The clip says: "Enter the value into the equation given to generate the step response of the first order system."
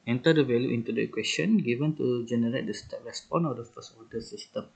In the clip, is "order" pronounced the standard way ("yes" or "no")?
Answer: no